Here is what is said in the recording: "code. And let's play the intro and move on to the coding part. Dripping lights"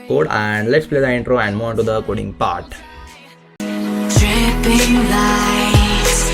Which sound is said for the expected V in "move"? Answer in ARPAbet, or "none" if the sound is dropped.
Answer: none